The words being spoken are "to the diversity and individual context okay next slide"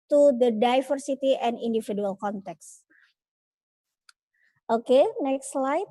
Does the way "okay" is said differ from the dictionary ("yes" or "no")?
no